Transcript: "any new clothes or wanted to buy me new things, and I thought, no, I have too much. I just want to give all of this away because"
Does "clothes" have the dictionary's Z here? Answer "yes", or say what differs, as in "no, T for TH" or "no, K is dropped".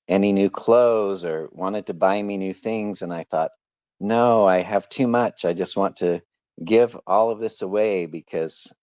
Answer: yes